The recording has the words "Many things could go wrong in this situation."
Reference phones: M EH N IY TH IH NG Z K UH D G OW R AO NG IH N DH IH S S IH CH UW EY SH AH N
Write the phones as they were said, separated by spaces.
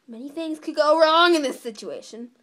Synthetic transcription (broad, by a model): M EH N IY TH IH NG Z K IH D G OW R AO NG IH N DH IH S S IH CH UW EY SH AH N